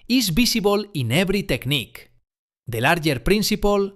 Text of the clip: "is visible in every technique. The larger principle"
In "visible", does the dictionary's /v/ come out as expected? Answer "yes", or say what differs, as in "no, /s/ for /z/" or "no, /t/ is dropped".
no, /b/ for /v/